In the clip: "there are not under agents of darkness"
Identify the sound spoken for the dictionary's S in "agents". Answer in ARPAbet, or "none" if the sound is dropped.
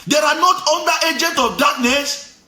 none